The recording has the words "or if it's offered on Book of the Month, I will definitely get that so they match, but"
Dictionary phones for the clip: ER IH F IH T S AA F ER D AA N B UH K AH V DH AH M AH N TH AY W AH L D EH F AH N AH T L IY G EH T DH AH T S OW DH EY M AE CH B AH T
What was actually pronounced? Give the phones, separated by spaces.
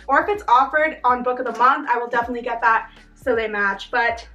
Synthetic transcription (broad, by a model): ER IH F IH T S AA F ER D N B UH K AH V DH AH M AH N TH AY W AH L D EH F AH N AH T L IY G EH T DH AH T S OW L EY M AE CH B AH T